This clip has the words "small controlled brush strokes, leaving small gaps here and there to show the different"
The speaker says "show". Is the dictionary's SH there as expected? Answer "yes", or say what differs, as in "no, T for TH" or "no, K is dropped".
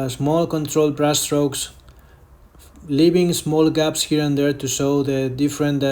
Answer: no, S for SH